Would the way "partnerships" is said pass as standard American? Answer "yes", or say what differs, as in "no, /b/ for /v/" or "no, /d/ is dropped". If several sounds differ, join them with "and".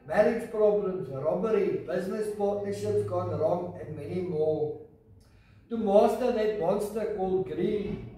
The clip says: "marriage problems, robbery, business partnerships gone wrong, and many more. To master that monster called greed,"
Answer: no, /n/ is dropped and /p/ is dropped